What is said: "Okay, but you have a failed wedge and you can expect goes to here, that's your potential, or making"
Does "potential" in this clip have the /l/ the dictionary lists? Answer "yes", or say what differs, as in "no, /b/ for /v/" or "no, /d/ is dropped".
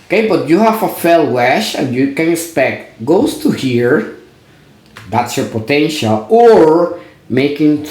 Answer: yes